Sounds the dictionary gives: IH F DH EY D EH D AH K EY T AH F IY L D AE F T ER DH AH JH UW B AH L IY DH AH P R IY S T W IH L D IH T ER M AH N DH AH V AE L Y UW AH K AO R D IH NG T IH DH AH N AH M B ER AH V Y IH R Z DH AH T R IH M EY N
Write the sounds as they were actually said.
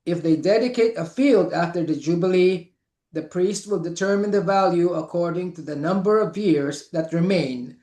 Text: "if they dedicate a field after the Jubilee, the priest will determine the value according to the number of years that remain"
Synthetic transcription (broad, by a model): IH F DH EY D EH D AH K EY T AH F IY L D AE F T ER DH AH JH UW B AH L IY DH AH P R IY S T W IH L D IH T ER M AH N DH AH V AE L Y UW AH K AO R D IH NG T IH DH AH N AH M B ER AH V Y IH R Z DH AH T R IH M EY N